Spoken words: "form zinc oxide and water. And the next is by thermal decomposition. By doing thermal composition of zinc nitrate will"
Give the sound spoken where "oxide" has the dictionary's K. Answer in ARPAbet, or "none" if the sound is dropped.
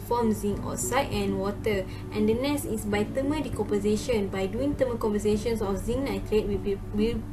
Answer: none